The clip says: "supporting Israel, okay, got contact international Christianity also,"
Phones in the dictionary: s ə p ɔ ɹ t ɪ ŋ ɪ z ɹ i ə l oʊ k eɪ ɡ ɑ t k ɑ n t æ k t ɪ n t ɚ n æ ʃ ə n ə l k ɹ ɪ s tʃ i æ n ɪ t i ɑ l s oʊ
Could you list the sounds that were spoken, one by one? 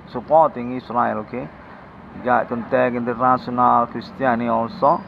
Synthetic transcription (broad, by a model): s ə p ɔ t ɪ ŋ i s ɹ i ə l oʊ k eɪ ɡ ɑ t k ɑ n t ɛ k ɪ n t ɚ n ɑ s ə n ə l k ɹ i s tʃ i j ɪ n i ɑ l s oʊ